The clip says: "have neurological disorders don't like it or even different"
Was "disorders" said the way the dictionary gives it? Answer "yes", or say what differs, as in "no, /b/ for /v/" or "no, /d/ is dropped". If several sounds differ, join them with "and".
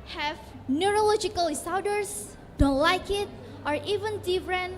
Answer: no, /w/ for /ɹ/ and /s/ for /z/